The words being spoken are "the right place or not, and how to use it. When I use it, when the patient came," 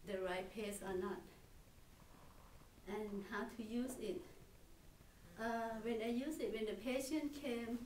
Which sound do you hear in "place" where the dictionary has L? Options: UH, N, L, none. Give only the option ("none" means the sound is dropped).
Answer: none